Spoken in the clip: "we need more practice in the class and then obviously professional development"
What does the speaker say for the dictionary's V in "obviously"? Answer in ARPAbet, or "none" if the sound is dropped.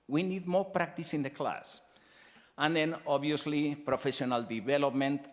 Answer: none